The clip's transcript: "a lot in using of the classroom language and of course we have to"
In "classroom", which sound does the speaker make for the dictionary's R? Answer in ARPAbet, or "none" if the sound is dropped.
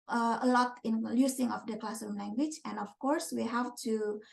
none